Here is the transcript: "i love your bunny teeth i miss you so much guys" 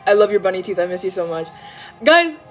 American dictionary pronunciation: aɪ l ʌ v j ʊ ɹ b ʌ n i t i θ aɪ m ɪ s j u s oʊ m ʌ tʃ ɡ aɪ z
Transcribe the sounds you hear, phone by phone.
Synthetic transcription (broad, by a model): aɪ l ʌ v j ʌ ɹ b ʌ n i t i θ aɪ m ɪ s j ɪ s oʊ m ʌ tʃ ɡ aɪ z